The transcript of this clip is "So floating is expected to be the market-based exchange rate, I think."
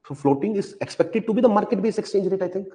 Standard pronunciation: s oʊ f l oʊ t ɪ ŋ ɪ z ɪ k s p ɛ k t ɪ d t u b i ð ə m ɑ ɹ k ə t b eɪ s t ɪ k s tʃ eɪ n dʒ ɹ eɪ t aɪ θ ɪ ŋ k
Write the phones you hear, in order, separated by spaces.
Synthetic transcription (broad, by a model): s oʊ f l oʊ t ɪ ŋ ɪ z ɪ k s p ɛ k t ɪ d t u b i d ə m ɑ ɹ k ə t b eɪ s ɪ k s tʃ eɪ n dʒ ɹ eɪ t aɪ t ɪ ŋ k